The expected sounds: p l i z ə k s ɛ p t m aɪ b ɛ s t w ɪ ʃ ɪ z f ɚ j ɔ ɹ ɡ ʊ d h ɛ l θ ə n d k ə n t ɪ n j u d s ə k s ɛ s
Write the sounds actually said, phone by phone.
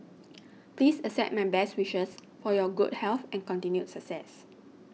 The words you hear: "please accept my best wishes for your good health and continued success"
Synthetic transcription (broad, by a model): p l i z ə s ɛ t m aɪ b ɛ s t w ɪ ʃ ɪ s f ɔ j ɔ ɡ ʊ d h ɛ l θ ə n k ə n t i n j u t s ə k s ɛ s